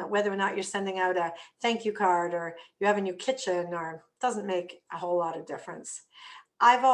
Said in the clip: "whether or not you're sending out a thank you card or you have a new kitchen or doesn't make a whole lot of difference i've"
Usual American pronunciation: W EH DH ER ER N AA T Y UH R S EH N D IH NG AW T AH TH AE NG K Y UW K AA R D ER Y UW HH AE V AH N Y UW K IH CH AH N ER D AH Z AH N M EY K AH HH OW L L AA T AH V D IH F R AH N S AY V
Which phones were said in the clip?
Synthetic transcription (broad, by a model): W EH DH ER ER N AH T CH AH R S EH N D IH NG AW T AH TH AE NG K Y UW K AA R D ER Y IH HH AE V AH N Y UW K IH CH AH N ER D AH Z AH N M EY K AH HH OW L L AA T AH V D IH F R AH N S AY V